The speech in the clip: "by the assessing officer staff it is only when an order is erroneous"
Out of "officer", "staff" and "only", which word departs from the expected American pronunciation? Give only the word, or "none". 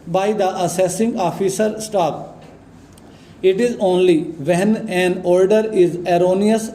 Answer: staff